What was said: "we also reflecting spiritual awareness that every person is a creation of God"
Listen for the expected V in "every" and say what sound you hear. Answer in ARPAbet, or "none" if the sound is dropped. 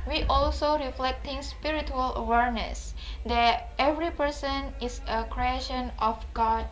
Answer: V